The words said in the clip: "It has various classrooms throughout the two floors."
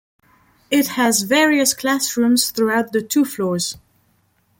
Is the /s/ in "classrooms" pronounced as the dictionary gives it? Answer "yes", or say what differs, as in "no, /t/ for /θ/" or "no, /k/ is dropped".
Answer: yes